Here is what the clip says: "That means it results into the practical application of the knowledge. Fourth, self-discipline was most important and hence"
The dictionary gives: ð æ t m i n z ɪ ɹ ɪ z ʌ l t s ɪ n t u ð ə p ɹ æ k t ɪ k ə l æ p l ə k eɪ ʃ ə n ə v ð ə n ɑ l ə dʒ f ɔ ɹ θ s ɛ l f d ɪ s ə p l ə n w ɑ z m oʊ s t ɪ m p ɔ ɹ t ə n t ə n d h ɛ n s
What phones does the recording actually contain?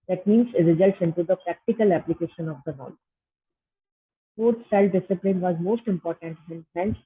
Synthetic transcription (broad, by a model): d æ t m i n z ɪ ɹ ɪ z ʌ l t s ɪ n t u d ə p ɹ æ k t ɪ k ə l æ p l ə k eɪ ʃ ə n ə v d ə n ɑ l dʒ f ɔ ɹ s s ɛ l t d ɪ s ə p l ə n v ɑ z m oʊ s t ɪ m p ɔ ɹ t ə n t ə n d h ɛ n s